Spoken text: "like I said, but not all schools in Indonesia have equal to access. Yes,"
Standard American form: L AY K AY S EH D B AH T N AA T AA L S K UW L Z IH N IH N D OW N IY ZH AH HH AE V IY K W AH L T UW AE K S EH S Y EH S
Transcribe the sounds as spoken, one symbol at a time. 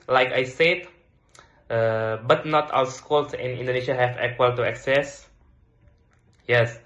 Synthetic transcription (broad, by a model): L AY K AY S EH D B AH T N AA T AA W S K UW L S IH N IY N D OW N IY SH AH HH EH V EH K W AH L T UW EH K S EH S Y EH S